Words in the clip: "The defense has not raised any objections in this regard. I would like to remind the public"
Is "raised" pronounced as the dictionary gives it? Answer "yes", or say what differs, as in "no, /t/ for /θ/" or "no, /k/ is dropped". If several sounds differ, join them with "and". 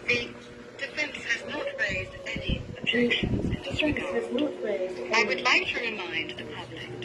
yes